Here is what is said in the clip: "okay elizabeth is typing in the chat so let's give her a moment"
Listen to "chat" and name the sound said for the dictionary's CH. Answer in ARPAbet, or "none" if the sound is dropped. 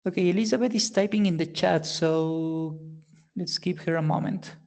CH